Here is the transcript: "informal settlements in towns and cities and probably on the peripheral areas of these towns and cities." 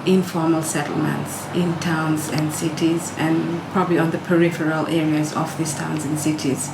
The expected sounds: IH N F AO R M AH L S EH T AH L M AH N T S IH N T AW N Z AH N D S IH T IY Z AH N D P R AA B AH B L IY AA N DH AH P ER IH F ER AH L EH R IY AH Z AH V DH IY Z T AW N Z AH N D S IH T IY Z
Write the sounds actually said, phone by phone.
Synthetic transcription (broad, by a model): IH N F AO R M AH L S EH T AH L M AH N T S IH N T AW N Z AH N D S IH T IY Z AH N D P R AA B AH B L IY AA N DH AH P ER IH F ER AH L EH R IY AH Z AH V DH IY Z T AW N Z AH N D S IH T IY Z